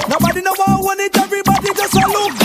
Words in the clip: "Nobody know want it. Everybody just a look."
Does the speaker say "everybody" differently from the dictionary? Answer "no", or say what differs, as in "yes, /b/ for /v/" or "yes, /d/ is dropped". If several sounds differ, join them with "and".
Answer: yes, /ɹ/ is dropped